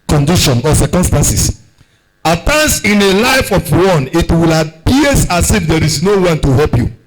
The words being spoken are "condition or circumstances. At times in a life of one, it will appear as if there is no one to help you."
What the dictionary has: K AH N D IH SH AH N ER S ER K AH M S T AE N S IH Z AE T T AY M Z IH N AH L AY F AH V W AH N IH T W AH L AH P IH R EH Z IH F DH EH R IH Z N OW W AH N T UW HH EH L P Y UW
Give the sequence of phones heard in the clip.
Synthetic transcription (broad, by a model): K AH N D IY SH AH N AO S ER K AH M S T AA N S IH S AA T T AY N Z IH N AH L AY F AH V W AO N IH T W AH L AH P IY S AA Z IH F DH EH R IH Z N OW W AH N T UW HH EH L P Y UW